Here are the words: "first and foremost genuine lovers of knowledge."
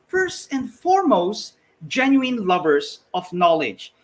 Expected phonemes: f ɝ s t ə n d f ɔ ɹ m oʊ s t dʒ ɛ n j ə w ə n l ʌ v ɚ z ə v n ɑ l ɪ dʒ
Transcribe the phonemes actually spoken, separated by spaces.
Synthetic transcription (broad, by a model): f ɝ s t ə n d f ɔ ɹ m oʊ s t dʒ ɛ n j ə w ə n l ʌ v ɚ s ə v n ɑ l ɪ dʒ